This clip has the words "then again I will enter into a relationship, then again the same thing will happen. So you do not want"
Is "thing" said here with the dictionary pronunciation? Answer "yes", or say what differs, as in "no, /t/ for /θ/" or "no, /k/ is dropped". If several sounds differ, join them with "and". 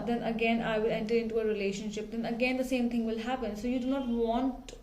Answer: no, /t/ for /θ/